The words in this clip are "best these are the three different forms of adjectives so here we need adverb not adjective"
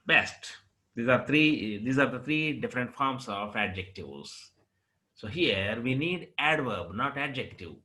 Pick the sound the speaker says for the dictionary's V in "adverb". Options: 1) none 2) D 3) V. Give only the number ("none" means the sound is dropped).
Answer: 3